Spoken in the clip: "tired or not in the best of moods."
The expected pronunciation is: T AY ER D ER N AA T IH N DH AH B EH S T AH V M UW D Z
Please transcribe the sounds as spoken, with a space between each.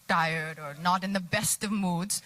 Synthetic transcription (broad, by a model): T AY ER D ER N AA T IH N DH AH B EH S T AH V M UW D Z